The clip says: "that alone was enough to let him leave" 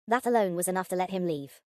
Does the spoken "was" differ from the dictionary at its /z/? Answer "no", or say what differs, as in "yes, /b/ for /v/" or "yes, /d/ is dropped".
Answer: no